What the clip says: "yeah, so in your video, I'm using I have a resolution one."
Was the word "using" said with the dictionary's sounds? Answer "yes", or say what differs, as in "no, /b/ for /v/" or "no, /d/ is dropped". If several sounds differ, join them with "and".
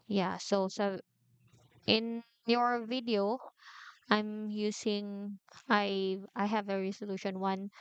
no, /s/ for /z/